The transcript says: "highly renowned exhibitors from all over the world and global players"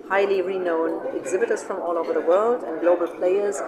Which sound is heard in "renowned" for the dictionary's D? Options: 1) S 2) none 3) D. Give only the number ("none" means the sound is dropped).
2